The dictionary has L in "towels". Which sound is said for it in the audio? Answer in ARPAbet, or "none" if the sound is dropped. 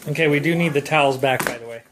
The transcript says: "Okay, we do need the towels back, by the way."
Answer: L